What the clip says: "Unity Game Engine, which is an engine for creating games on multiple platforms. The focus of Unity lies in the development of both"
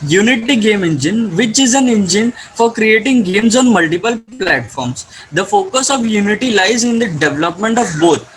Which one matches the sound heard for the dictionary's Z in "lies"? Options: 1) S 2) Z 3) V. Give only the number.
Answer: 2